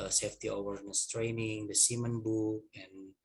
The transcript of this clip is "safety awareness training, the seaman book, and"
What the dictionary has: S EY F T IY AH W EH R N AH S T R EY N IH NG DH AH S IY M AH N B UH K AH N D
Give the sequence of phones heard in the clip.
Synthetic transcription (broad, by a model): S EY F T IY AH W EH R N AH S T R EY N IH NG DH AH S IY M AH N B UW AH N